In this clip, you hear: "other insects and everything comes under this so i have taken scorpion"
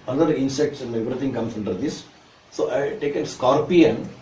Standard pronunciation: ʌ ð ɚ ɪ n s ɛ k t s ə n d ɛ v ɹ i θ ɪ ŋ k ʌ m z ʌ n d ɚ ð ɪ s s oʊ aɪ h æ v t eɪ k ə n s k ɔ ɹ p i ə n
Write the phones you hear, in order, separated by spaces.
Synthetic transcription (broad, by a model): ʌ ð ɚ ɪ n s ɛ k t s ə n d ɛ v ɹ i t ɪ ŋ k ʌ m s ʌ n d ɚ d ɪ s s oʊ aɪ t eɪ k ə n s k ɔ ɹ p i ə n